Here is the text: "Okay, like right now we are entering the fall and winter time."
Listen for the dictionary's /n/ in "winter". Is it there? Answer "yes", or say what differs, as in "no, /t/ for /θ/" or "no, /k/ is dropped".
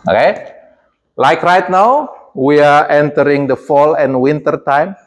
yes